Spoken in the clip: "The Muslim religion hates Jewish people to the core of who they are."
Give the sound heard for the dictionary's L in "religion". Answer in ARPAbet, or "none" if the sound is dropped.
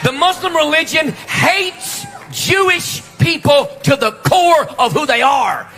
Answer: L